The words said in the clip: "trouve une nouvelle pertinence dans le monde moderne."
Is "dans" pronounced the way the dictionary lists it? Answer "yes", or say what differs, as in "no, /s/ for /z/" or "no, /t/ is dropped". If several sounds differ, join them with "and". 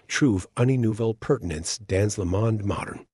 yes